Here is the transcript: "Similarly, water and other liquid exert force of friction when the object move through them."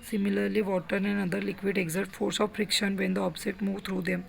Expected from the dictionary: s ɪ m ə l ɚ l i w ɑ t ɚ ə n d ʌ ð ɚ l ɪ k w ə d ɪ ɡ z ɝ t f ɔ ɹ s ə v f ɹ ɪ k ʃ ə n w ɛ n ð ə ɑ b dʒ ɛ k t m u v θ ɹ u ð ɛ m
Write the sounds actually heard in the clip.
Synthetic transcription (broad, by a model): s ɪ m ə l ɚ l i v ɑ t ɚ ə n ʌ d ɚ l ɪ k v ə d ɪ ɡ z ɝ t f ɔ ɹ s ə v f ɹ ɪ k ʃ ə n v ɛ n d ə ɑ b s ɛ t m u v t ɹ u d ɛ m